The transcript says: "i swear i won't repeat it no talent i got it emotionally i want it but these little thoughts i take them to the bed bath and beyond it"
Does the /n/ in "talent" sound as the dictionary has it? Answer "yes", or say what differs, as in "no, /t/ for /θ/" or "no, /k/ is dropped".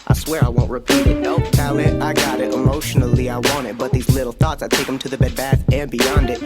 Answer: no, /n/ is dropped